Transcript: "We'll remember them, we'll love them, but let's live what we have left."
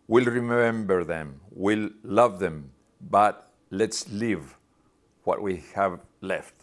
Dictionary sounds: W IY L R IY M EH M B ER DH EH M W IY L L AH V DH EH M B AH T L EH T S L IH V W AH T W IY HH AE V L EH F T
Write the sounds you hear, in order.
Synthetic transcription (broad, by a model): W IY L R IY M EH M B ER DH EH M W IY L L AH V DH EH M B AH T L EH T S L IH V W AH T W IY HH AE V L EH F T